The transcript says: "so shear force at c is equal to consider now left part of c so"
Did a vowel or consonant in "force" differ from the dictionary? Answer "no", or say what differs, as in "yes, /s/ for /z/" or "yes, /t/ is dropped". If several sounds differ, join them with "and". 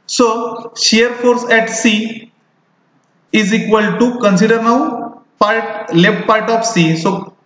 no